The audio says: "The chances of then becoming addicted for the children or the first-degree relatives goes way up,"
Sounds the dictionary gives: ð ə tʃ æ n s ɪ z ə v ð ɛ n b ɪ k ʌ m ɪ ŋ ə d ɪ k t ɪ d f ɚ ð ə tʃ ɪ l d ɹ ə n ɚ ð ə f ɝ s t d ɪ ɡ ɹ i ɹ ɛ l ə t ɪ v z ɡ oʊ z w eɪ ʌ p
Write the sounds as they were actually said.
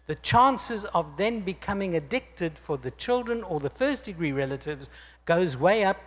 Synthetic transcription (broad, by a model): ð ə tʃ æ n s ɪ z ə v ð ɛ n b ɪ k ʌ m ɪ ŋ ə d ɪ k t ɪ d f ɚ ð ə tʃ ɪ l d ɹ ə n ɚ ð ə f ɝ s d ɪ ɡ ɹ i ɹ ɛ l ə t ɪ v z ɡ oʊ z w eɪ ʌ p